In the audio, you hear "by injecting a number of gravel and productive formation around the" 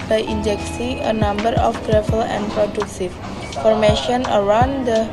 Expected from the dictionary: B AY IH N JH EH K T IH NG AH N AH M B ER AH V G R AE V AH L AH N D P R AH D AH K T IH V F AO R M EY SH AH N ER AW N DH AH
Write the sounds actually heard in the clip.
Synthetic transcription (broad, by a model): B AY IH N JH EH K S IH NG AH N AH M B ER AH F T R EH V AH L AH N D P R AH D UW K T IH F AO R M EY SH AH N ER AW N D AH